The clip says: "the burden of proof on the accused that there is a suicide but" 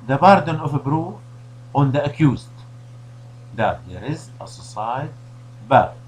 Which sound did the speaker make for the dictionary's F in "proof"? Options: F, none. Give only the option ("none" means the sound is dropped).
none